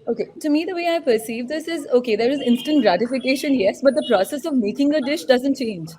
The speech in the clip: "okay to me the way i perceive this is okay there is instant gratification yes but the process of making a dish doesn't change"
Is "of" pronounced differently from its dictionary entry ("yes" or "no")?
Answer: no